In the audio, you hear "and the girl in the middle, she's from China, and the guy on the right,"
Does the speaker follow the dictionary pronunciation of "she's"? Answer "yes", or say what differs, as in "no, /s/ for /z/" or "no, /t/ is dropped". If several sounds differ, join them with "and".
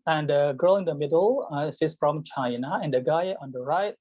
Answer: no, /s/ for /ʃ/ and /s/ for /z/